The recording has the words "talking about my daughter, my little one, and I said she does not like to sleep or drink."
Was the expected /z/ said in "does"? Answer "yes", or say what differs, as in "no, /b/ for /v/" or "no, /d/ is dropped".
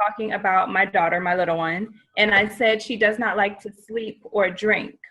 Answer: yes